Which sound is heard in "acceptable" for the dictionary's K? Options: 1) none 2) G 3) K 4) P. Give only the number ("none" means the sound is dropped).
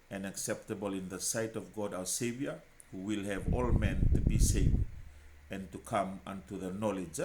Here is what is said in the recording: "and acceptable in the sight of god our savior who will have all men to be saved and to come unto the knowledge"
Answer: 3